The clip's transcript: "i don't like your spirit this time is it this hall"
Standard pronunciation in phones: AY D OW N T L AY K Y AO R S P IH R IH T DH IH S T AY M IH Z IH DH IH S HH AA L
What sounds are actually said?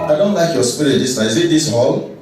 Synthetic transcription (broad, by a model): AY D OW N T L AY K Y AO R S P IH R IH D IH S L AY IH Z IH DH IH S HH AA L